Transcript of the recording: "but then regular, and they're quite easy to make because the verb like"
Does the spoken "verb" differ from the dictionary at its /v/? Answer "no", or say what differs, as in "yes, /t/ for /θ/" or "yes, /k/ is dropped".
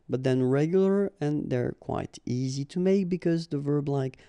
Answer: no